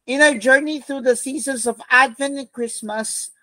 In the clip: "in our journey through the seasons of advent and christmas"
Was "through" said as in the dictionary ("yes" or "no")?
yes